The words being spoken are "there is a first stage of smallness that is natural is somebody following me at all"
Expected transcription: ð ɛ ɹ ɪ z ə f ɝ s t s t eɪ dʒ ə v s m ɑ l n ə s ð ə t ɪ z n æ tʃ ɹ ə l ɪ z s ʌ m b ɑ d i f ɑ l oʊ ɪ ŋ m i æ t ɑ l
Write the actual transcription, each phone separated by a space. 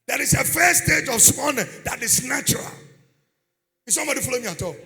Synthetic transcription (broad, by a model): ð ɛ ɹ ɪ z ə f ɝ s s t eɪ dʒ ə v s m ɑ n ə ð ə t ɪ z n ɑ tʃ ɹ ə l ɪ s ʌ m b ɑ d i f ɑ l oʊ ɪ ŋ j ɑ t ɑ